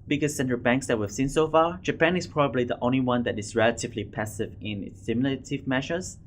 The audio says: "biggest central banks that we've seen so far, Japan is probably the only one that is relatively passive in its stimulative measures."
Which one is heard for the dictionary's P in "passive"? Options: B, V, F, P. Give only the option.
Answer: P